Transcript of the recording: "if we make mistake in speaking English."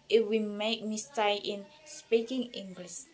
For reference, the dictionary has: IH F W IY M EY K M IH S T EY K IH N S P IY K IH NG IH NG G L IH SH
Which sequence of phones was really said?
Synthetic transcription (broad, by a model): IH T W IY M EY K M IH S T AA IH N S P IY K IH NG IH NG G L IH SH